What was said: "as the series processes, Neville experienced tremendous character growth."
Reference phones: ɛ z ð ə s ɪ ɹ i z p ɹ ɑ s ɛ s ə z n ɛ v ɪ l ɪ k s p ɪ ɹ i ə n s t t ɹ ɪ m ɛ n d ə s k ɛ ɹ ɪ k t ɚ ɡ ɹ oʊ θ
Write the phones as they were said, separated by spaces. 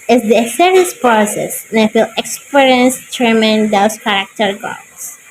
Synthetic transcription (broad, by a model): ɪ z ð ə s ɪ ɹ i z p ɹ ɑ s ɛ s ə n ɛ f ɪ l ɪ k s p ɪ ɹ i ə n s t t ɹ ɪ m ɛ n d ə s k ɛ ɹ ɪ k t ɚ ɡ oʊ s